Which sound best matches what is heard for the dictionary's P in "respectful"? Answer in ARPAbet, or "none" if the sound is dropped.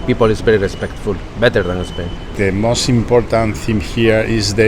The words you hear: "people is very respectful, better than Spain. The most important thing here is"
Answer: P